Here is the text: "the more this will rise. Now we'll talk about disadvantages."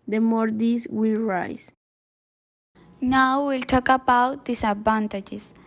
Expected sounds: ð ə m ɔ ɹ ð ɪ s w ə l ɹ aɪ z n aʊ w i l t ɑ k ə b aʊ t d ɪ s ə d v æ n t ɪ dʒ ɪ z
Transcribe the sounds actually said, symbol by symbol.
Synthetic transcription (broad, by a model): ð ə m ɔ ɹ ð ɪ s w ə l ɹ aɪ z n aʊ w i l t ɑ k ə b aʊ t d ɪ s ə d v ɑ n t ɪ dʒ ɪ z